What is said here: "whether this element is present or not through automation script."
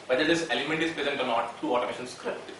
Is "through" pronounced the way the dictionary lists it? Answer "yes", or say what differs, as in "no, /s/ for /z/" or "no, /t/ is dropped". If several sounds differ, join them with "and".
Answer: no, /t/ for /θ/